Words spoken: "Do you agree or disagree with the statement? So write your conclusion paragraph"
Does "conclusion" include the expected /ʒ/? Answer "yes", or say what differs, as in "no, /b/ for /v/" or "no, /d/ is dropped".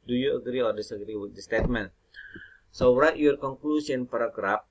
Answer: no, /s/ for /ʒ/